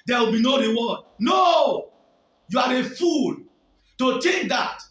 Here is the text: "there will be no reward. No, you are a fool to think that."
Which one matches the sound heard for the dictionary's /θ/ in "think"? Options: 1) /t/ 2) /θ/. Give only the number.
1